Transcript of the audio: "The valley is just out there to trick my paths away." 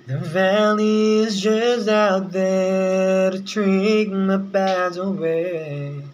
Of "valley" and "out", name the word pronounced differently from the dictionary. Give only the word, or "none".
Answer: none